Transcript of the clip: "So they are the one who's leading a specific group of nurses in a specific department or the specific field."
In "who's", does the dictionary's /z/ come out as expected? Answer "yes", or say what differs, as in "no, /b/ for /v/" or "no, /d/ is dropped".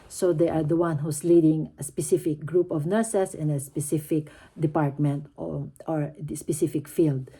no, /s/ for /z/